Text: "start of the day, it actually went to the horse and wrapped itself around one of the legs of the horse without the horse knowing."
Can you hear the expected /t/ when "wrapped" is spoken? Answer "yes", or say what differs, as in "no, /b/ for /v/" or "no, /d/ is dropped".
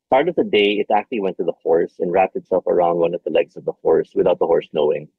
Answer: yes